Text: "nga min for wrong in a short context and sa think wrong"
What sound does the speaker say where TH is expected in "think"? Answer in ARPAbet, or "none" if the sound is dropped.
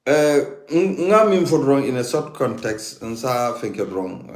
F